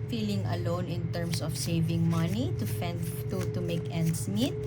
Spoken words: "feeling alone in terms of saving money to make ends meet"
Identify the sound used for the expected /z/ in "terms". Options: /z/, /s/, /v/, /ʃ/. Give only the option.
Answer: /s/